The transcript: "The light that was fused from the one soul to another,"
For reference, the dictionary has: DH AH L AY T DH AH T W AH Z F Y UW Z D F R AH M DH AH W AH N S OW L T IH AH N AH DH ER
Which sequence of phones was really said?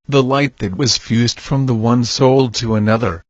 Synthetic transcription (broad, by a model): DH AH L AY T DH AH T W AH Z F Y UW Z D F R AH M DH AH W AH N S OW L T IH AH N AH DH ER